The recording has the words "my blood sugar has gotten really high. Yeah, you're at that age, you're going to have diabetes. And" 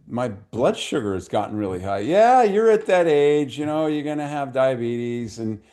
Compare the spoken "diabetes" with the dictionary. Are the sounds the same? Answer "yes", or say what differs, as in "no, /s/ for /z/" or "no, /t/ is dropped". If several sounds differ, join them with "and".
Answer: yes